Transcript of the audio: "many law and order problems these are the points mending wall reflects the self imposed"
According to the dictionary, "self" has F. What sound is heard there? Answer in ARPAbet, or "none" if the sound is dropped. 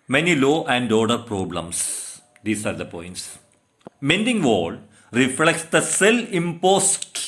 none